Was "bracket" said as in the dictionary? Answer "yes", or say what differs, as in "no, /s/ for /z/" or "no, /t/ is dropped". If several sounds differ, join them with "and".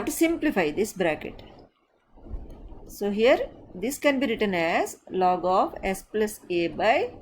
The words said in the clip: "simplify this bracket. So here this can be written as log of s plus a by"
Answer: yes